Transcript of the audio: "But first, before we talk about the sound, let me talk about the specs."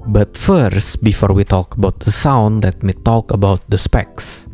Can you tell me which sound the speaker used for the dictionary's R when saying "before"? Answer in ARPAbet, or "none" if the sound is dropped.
R